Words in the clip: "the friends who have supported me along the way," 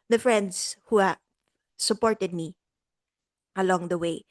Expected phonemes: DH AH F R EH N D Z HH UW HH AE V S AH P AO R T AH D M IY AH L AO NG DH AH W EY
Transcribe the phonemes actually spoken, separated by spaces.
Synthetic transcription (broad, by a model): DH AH F R EH N D S HH UW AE S AH P AO R T AH D M IY AH L AO NG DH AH W EY